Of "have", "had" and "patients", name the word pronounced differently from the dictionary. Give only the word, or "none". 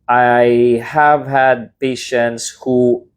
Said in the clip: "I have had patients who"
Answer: none